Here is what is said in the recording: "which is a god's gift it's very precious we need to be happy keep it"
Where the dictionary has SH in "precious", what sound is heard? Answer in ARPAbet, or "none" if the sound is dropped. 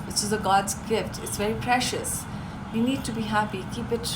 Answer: SH